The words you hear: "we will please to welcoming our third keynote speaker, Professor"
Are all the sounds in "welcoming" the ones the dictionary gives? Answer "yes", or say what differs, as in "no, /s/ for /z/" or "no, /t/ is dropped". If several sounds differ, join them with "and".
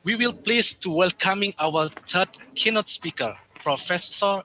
yes